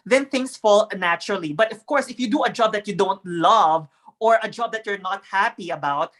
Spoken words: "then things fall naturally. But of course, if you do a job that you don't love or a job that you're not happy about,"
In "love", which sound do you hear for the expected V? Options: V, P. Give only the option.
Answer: V